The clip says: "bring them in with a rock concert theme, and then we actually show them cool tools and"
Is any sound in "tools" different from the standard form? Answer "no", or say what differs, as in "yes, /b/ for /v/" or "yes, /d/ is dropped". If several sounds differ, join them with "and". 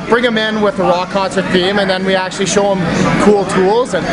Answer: no